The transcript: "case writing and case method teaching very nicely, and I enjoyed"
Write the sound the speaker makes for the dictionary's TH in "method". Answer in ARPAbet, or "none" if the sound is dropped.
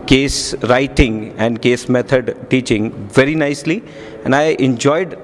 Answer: T